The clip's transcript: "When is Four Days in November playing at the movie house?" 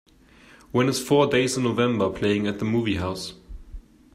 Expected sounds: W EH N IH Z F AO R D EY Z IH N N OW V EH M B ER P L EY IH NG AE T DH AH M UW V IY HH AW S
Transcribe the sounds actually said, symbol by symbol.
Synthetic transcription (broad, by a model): W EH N IH Z F AO D EY IH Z N OW V EH M B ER P L EY IH NG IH T DH AH M UW V IY HH AW S